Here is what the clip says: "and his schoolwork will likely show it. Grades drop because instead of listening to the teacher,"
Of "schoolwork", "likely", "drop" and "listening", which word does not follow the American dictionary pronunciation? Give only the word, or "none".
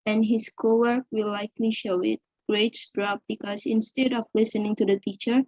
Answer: schoolwork